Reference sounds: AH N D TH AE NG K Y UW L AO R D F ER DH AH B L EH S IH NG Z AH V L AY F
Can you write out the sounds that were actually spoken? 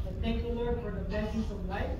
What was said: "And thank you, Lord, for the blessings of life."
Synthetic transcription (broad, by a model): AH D TH AE NG K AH L AO R D F ER DH AH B EH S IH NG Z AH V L AY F